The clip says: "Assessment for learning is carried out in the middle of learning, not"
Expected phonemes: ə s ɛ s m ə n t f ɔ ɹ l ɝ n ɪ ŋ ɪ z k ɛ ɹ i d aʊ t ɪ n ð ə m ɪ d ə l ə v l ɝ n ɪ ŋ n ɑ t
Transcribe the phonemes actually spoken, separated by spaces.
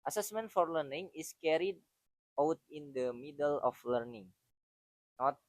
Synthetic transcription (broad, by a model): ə s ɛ s m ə n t f ɔ ɹ l ɝ n ɪ ŋ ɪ s k ɛ ɹ i d aʊ t ɪ n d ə m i d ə l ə f l ɝ n ɪ ŋ n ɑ t